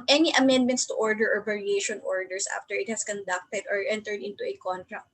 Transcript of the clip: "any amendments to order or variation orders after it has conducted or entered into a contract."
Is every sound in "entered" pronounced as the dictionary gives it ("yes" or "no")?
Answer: yes